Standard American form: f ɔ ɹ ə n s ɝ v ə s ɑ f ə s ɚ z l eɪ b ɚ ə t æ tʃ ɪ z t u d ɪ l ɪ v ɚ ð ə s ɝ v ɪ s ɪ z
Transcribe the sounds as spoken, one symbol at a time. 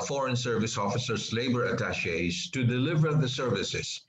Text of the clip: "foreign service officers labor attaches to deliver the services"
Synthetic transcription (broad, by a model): f ɔ ɹ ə n s ɝ v ə s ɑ f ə s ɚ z l eɪ b ɚ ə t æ ʃ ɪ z t u d ɪ l ɪ v ɚ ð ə s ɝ v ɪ s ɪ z